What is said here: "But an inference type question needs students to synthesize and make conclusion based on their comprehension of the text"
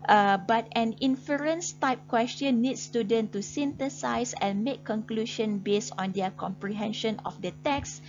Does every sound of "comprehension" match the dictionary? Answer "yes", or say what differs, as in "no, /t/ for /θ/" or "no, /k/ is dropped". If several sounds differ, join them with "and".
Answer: yes